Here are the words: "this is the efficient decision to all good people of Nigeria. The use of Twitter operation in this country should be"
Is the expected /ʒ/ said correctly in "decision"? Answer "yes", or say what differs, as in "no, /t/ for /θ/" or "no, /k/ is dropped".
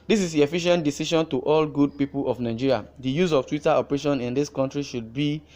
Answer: no, /ʃ/ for /ʒ/